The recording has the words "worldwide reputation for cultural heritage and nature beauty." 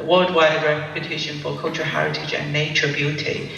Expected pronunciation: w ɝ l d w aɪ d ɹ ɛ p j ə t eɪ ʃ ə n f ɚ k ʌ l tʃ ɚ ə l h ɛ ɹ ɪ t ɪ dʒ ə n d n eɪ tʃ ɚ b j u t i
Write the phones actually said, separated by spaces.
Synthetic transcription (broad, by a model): w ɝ l d w aɪ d ɹ ɛ p j ə t eɪ ʃ ə n f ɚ k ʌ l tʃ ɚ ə h ɛ ɹ ɪ t ɪ dʒ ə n n eɪ tʃ ɚ b j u t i